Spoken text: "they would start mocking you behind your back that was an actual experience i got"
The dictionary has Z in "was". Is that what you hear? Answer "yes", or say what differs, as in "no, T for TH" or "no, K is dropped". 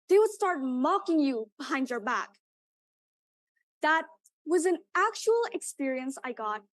yes